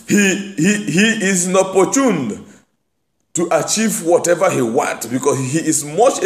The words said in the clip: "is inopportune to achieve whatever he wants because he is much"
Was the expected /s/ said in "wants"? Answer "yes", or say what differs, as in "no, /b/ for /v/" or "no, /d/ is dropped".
no, /s/ is dropped